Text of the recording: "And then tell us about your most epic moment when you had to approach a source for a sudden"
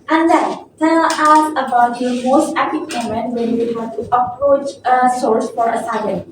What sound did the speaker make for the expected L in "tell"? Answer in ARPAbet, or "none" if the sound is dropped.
N